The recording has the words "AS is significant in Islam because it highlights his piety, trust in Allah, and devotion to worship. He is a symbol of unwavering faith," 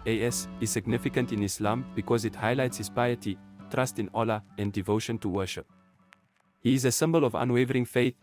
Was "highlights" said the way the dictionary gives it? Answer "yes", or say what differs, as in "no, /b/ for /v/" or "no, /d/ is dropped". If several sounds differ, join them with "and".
yes